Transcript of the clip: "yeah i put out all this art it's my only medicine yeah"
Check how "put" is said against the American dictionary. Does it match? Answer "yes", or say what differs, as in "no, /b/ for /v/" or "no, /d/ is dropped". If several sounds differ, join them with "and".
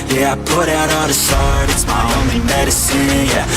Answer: yes